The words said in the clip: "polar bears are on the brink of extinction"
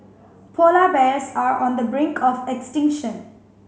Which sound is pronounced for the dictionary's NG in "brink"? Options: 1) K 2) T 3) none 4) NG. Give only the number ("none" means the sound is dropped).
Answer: 4